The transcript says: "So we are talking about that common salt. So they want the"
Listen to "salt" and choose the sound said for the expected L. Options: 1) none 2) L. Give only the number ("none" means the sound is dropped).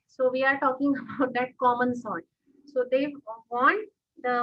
1